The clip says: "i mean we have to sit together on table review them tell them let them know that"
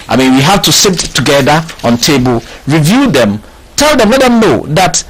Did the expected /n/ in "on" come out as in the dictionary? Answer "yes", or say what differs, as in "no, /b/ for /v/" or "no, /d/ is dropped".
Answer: yes